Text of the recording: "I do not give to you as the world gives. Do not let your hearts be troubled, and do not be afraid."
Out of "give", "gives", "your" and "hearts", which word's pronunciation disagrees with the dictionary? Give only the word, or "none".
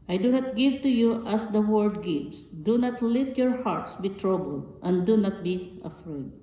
gives